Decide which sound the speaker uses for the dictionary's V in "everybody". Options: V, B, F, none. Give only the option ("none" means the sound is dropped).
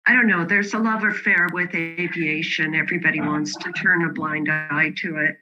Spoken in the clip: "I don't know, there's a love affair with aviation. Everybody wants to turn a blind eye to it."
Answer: V